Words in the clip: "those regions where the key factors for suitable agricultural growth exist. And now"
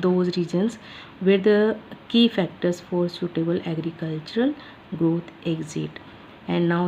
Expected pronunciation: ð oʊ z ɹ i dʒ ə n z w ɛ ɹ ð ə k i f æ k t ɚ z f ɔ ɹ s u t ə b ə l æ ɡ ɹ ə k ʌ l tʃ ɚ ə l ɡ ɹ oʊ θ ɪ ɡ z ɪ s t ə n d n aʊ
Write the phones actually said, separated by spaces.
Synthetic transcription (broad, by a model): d oʊ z ɹ i dʒ ə n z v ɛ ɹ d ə k i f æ k t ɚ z f ɔ ɹ s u t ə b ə l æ ɡ ɹ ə k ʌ l tʃ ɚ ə l ɡ ɹ oʊ t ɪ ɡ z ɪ t ə n d n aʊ